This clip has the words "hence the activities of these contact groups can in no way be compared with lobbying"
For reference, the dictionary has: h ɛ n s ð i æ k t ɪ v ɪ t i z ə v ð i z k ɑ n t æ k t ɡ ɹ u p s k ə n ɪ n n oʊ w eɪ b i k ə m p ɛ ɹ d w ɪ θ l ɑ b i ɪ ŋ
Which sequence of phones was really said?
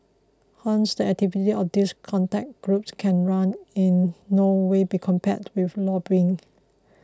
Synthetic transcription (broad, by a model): h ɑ n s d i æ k t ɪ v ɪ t i ə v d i s k ɑ n t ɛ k ɡ ɹ u p s k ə n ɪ n n oʊ w eɪ b i k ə m p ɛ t w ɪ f l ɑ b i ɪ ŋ